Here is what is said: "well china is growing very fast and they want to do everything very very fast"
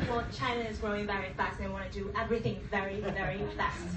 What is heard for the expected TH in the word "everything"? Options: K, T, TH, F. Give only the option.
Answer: TH